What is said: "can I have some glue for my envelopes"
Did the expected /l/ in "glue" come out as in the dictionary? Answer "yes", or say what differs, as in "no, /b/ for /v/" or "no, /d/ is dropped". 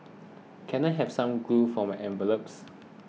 no, /l/ is dropped